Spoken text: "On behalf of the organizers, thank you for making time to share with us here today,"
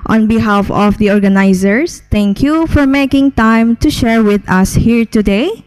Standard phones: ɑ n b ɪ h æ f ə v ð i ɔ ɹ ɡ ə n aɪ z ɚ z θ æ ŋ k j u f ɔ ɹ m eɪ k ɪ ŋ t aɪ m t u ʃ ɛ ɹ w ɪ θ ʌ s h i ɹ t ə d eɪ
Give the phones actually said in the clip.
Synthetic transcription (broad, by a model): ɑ n b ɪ h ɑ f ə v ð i ɔ ɹ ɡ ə n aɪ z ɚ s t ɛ ŋ k j u f ɔ ɹ m eɪ k ɪ ŋ t aɪ m t u ʃ ɛ ɹ w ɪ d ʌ s h i ɹ t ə d eɪ